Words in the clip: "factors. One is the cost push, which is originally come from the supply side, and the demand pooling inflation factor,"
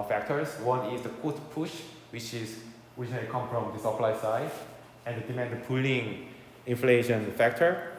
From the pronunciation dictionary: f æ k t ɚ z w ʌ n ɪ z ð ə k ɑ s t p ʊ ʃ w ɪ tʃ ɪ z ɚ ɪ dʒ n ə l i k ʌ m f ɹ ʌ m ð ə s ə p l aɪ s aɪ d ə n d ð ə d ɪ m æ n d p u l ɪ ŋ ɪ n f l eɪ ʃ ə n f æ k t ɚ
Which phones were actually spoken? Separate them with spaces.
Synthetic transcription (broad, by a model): f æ k t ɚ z w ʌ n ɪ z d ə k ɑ t p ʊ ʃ w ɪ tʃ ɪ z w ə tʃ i k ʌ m f ɹ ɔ m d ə s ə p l aɪ s aɪ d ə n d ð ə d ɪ m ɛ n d p u l ɪ ŋ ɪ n f l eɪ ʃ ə n f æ k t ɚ